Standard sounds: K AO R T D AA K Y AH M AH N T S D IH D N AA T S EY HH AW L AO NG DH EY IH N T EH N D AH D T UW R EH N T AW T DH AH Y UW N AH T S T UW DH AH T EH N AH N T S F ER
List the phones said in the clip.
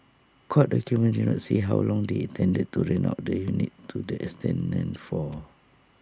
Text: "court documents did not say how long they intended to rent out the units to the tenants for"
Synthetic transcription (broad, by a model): K AO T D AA K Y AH M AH N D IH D N AA T S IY HH AW L AO NG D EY T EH N D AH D T UW R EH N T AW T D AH Y UW N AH T T UW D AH T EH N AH N F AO